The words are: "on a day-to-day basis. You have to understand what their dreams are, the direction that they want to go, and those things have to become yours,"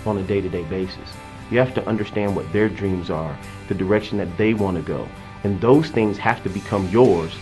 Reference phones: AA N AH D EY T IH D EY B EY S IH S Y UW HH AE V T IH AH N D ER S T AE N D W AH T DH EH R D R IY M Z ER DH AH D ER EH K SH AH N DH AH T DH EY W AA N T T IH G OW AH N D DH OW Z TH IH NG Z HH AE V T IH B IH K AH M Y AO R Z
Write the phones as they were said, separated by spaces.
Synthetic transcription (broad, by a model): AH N AH D EY T IH D EY B EY S IH S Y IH HH AE F T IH AH N D ER S T AE N D W AH T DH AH R D R IY M Z ER DH AH D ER EH K SH N DH AH T DH EY W AA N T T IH G OW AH N DH OW Z TH IH NG Z HH AE F T IH B IH K AH M Y AO R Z